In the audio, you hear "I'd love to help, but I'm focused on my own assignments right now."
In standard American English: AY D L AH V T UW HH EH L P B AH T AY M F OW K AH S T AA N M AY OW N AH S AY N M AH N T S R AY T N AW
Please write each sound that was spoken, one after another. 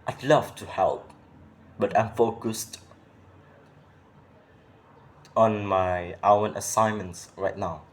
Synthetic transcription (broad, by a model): AY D L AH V T UW HH EH L P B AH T AY M F OW K AH S T AA N M AY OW N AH S AY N M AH N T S R AY T N AW